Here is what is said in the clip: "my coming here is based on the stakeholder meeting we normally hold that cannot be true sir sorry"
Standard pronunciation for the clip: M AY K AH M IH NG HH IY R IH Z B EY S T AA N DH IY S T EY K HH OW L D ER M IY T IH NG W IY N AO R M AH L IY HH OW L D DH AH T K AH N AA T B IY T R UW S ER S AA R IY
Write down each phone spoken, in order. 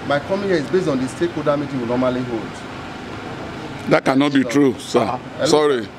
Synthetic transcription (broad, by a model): M AY K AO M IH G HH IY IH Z B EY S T AA N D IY S T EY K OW D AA M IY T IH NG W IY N AO M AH L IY HH OW L D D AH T K AH N AA T B IY T R UW S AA S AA R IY